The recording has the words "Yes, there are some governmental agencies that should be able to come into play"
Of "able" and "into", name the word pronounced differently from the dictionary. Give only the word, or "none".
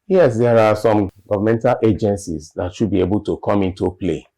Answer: none